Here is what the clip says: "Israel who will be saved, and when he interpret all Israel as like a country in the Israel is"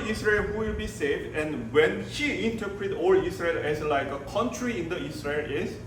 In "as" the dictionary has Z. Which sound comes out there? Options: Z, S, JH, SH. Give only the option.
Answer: S